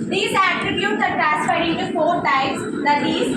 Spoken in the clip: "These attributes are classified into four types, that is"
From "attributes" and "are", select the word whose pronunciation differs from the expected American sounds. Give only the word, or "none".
none